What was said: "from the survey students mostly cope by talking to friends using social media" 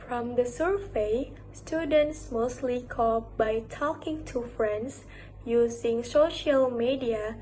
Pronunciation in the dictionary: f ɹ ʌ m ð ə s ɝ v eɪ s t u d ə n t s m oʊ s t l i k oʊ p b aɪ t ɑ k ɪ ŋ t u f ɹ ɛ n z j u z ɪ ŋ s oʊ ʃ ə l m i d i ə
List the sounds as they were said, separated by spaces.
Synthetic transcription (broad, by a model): f ɹ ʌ m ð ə s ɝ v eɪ s t u d ə n t s m oʊ s t l i k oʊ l b aɪ t ɑ k ɪ ŋ t u f ɹ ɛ n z j u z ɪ ŋ s oʊ ʃ ə l m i d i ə